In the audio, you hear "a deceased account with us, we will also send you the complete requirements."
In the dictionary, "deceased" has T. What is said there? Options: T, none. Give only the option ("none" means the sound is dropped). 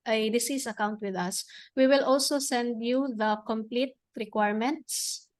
none